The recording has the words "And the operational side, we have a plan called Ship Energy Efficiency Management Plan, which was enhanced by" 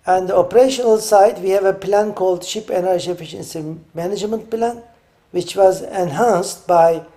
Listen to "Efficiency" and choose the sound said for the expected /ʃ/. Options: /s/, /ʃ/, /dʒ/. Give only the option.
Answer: /ʃ/